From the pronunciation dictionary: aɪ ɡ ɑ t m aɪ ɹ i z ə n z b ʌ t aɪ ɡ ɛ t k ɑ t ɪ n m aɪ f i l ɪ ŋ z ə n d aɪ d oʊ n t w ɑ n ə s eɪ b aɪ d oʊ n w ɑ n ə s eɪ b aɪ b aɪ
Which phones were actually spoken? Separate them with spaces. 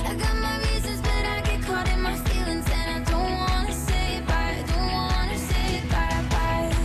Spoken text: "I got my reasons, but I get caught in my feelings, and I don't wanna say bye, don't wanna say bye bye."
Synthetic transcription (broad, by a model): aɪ ɡ ɑ t m aɪ ɹ i z ə n z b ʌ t aɪ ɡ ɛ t k ɑ t ɪ n m aɪ f i l ɪ ŋ z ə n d aɪ d oʊ n t w ɑ n ə s eɪ b aɪ d oʊ n w ɑ n ə s eɪ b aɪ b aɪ